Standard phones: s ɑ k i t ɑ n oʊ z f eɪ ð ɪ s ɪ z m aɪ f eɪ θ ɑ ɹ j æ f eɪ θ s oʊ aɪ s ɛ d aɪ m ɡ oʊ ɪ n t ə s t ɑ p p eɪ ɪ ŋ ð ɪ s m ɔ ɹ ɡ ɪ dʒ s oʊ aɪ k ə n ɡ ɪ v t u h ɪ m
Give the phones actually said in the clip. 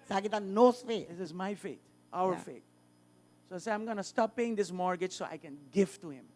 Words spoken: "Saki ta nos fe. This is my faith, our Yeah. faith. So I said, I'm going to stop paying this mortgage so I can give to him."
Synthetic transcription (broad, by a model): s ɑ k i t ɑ n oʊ s f eɪ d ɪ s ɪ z m aɪ f eɪ t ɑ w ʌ f eɪ t s oʊ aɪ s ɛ aɪ m ɡ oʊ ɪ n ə s t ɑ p p eɪ ɪ ŋ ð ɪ s m ɔ ɹ ɡ ɪ dʒ s oʊ aɪ k ə n ɡ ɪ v t u h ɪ m